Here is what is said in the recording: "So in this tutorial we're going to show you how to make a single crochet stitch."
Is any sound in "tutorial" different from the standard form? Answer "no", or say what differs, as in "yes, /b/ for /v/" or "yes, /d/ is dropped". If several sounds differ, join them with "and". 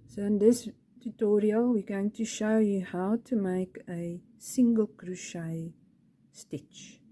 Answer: no